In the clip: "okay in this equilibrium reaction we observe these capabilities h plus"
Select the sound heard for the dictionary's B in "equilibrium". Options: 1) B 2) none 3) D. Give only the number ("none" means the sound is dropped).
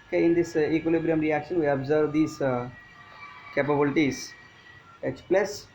1